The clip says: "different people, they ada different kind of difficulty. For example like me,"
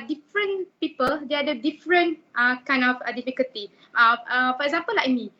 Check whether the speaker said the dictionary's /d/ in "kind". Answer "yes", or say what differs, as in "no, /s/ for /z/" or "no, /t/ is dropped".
no, /d/ is dropped